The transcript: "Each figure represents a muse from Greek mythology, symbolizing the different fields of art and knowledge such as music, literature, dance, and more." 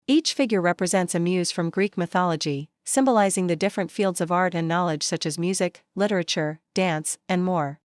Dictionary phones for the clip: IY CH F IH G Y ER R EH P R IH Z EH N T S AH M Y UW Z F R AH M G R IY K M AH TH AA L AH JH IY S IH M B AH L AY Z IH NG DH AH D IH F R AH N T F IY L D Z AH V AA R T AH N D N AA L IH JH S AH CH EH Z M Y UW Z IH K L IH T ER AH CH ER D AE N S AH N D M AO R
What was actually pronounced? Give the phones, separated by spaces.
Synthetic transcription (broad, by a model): IY CH F IH G Y ER R EH P R IH Z EH N T S AH M Y UW Z F R AH M G R IY K M AH TH AA L AH JH IY S IH M B AH L AY Z IH NG DH AH D IH F R AH N T F IY L D Z AH V AA R T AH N N AA L IH JH S AH CH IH Z M Y UW Z IH K L IH T ER AH CH ER D AE N S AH N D M AO R